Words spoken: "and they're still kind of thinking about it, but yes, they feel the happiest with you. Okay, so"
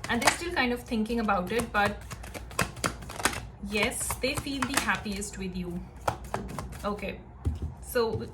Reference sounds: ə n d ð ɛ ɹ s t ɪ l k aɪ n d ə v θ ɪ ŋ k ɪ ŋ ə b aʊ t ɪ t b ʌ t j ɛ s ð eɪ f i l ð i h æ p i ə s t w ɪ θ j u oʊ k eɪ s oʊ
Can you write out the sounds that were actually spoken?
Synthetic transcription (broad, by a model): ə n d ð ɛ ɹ s t ɪ l k aɪ n d ə v t ɪ ŋ k ɪ ŋ ə b aʊ t ɪ t b ʌ t j ɛ s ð eɪ f i l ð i h æ p i ə s t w ɪ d j u oʊ k eɪ s oʊ